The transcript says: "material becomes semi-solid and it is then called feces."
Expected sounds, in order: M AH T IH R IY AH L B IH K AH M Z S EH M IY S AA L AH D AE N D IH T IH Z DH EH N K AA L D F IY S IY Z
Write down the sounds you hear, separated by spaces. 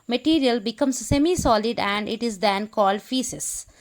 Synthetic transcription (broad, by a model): M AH T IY R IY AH L B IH K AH M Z S EH M IY S AA L AH D AE N D IH T IH Z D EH N K AA L D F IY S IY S